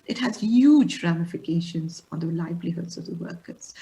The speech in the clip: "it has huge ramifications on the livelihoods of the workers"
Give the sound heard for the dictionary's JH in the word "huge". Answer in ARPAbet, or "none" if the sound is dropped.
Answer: JH